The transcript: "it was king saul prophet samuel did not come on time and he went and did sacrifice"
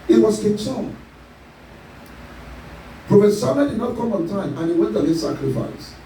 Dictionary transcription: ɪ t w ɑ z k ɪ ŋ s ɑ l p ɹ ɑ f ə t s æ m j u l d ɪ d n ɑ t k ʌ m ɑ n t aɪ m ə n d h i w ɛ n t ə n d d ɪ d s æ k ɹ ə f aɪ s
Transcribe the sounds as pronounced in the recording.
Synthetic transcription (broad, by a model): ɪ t w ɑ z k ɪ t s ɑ n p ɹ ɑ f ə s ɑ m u d ɪ d n ɑ t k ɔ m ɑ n t aɪ m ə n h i w ɛ n t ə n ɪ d s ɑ k ɹ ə f aɪ s